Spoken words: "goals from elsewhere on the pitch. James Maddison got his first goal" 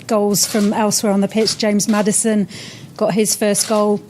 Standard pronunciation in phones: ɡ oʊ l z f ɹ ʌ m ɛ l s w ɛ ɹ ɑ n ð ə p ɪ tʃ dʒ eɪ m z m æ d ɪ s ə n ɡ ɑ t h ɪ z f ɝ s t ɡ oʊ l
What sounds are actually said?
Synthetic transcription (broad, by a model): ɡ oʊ l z f ɹ ʌ m ɛ l s w ɛ ɹ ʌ n ð ə p ɪ tʃ dʒ eɪ m z m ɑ d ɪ s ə n ɡ ɑ t h ɪ z f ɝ s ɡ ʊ l